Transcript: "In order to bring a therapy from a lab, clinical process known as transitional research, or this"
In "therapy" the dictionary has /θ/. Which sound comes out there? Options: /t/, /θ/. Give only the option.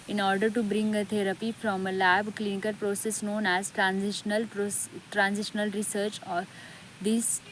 /t/